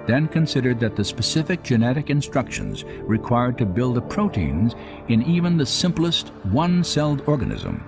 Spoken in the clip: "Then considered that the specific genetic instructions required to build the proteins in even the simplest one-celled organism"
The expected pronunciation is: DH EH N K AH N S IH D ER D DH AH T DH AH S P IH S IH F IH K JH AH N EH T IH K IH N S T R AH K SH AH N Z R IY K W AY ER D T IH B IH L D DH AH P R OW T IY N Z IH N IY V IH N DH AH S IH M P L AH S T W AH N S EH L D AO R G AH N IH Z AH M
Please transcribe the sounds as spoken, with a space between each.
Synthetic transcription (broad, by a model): DH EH N K AH N S IH D ER D DH AH T DH AH S P IH S IH F IH K JH AH N EH T IH K IH N S T R AH K SH AH N Z R IY K W AY ER D T IH B IH L D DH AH P R OW T IY N Z IH N IY V IH N DH AH S IH M P L AH S T W AH N S EH L D AO R G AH N IH Z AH M